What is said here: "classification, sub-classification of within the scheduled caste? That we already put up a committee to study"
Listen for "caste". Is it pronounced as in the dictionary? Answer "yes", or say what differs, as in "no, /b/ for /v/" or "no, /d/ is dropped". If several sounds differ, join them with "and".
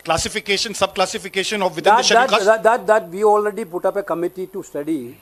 no, /s/ is dropped